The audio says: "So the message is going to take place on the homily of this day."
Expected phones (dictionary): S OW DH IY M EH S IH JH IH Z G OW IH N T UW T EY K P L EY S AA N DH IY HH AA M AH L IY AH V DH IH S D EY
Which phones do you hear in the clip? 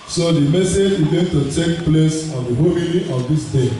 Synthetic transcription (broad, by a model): S OW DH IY M EH S IH JH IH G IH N T UW T EY K P L EY S AA N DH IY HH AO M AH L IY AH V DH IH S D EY